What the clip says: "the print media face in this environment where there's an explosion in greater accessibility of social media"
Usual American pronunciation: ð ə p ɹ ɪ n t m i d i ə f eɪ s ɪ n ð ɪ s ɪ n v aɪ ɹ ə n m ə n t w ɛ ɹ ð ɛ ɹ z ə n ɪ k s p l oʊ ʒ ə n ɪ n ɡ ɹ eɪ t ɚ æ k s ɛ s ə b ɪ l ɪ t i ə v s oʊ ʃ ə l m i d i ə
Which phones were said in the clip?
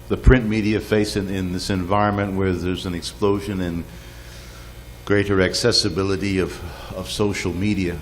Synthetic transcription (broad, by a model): ð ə p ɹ ɪ n m i d i ə f eɪ s ɪ n ð ɪ s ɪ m v aɪ ɹ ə n m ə n t w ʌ ɹ ð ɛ ɹ z ə n ɪ k s p l oʊ ʒ ə n ɪ n ɡ ɹ eɪ t ɚ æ k s ɛ s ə b ɪ l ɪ t i ə v s oʊ ʃ l m i d i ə